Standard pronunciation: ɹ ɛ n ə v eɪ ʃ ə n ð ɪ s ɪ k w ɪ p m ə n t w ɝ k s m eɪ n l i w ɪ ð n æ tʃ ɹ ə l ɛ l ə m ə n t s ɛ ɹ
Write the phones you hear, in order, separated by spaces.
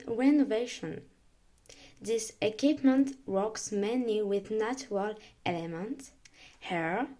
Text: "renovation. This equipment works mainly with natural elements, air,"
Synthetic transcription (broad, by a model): ɹ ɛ n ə v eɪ ʃ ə n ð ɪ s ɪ k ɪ p m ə n t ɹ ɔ k s m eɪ n i w ɪ ð n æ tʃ ɹ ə l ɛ l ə m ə n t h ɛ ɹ